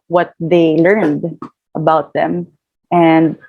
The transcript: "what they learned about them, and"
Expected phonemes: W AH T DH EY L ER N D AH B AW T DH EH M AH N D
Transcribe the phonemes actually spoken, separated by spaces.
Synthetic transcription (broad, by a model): W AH T DH EY L ER N D AH B AW T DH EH M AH N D